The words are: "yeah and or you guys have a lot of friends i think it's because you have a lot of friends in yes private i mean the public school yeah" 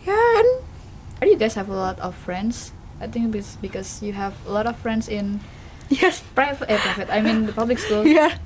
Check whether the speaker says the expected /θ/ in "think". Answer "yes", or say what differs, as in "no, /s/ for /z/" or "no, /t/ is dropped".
no, /t/ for /θ/